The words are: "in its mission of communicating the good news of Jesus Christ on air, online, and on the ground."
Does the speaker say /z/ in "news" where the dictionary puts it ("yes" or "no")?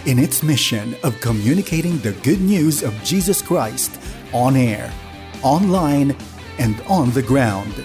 yes